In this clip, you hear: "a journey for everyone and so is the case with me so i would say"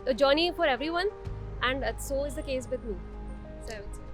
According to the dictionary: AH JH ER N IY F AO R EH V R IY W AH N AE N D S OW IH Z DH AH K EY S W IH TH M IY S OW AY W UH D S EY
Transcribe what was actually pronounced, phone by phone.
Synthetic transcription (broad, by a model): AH JH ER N IY F AO R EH V R IY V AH N AE N D S OW IH Z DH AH K EY S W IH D M IY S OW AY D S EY